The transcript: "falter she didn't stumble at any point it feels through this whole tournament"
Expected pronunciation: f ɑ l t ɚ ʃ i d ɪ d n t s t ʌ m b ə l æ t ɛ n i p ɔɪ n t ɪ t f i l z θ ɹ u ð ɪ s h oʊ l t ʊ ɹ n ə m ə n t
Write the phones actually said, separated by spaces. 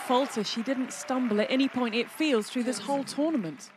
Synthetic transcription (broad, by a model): f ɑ l t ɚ ʃ i d ɪ d n t s t ʌ m b ə l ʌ t ɛ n i p ɔɪ n t ɪ t f i l z θ ɹ u ð ɪ s h oʊ l t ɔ n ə m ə n t